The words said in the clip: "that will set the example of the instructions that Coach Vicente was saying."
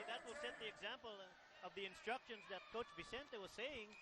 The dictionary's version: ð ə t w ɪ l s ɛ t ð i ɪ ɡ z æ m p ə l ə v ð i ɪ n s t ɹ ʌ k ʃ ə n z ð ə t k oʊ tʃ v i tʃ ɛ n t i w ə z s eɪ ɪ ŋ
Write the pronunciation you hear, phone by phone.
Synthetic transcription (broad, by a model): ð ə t w ɪ l s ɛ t ð i ɪ ɡ z æ m p ə l ə v ð i ɪ n s t ɹ ʌ k ʃ ə n z ð ə t k oʊ tʃ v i s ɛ n t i w ə z s eɪ ɪ ŋ